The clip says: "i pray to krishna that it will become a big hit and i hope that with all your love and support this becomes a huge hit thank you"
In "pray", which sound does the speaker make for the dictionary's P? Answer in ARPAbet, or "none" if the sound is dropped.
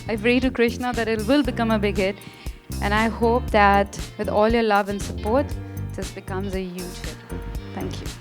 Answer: F